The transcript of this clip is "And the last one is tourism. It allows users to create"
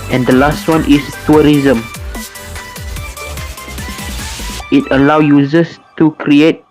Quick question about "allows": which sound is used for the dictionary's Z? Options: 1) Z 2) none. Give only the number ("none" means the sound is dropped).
2